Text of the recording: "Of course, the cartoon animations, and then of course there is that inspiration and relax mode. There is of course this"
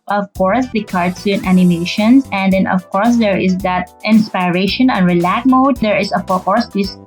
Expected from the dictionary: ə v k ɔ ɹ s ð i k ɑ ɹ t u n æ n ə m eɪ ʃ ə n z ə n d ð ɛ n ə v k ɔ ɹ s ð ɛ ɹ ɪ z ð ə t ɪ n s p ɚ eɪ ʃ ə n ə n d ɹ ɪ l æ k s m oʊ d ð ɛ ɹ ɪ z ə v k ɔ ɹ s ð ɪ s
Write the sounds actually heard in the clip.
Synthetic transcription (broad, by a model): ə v k ɔ ɹ s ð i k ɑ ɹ s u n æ n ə m eɪ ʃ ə n s ə n d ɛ n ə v k ɔ ɹ s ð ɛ ɹ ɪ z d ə t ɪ n s p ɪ eɪ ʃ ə n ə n ɹ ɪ l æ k m oʊ d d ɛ ɹ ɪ s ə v k ɔ ɹ s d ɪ s